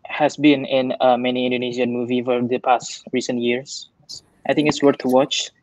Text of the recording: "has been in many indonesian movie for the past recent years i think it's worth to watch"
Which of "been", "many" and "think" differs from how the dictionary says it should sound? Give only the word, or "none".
think